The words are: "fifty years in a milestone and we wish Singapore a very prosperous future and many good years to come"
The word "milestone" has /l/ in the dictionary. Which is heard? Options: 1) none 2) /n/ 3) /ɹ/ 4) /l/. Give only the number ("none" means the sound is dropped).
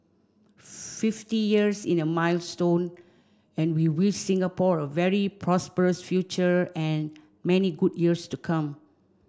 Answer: 4